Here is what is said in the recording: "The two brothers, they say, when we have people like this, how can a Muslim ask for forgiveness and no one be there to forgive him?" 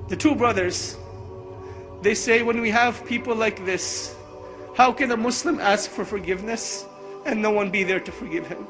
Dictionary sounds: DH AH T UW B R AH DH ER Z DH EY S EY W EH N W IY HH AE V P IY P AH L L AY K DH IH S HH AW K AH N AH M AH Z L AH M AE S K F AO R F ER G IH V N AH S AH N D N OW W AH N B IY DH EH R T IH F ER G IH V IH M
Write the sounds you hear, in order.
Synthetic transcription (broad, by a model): DH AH T UW B R AH DH ER Z DH EY S EY W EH N W IY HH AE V P IY P L L AY K DH IH S HH AW K AH N AH M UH S L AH M AE S K F AO R F ER G IH V N AH S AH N N OW W AH N B IY DH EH R T IH F ER G IH V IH M